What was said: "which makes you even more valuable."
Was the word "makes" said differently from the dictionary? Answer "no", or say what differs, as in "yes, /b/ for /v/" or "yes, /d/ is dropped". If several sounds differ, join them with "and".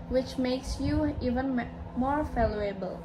no